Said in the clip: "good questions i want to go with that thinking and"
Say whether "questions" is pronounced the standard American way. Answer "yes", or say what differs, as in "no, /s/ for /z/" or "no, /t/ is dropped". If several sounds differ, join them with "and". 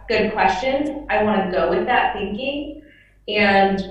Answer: no, /z/ is dropped